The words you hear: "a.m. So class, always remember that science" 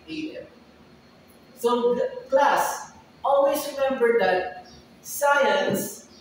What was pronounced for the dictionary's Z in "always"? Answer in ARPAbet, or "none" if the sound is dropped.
S